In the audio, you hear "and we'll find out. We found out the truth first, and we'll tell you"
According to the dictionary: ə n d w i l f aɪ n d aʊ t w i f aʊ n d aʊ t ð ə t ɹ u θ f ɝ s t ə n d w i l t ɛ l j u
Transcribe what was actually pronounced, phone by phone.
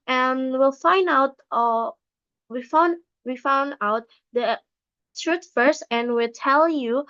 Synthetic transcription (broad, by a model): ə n w i l f aɪ n d aʊ t w i f aʊ n d aʊ t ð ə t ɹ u t f ɝ s t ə n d w i l t ɛ l j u